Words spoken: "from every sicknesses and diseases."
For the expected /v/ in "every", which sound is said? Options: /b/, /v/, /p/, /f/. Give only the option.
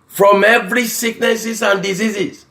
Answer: /v/